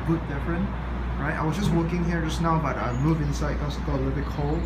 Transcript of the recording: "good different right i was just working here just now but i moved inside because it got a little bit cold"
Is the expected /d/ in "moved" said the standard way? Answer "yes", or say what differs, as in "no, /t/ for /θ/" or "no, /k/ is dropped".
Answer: no, /d/ is dropped